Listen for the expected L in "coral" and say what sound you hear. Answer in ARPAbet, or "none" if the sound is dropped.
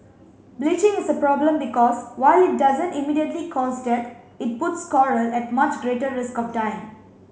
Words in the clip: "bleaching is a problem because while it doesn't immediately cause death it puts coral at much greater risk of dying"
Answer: L